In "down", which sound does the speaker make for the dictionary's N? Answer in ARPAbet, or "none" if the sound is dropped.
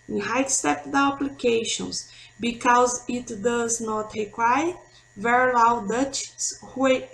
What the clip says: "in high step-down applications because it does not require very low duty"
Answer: none